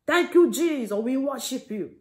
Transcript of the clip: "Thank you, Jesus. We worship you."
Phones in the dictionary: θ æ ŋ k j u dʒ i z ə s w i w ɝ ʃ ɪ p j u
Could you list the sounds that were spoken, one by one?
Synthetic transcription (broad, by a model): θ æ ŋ k j u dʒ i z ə w i w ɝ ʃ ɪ p j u